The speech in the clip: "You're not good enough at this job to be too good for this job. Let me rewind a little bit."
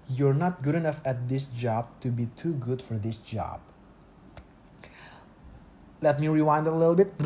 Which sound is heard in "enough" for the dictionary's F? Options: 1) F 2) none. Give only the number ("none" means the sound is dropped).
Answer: 1